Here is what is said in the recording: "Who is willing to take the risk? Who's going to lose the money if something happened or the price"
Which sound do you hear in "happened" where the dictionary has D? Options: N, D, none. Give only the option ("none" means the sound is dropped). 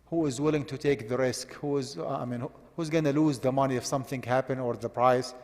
none